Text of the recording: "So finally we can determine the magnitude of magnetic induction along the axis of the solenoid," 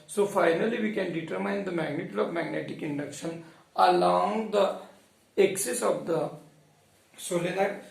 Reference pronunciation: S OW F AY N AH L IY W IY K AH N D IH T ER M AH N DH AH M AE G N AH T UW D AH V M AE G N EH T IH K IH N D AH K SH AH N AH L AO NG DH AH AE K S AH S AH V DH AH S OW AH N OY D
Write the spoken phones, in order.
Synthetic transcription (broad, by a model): S OW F AY N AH L IY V IY K AH N D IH T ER M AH N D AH M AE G N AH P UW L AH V M AE G N EH T IH K IH N D AH K SH AH N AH L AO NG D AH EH K S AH S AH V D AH S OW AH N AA